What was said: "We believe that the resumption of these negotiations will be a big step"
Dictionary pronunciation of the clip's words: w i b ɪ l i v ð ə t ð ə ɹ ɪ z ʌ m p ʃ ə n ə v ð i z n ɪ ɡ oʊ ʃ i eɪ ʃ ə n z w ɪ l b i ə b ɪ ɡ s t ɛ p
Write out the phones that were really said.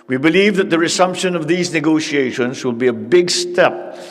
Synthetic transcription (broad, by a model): w i b ɪ l i v ð ə t ð ə ɹ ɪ s ʌ m p ʃ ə n ə v ð i z n ɪ ɡ oʊ ʃ i eɪ ʃ ə n z w ɪ l b i ə b ɪ ɡ s t ɛ p